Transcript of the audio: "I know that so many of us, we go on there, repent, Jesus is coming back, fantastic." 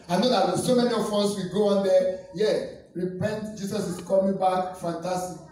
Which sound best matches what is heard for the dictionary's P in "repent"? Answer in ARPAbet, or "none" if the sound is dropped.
P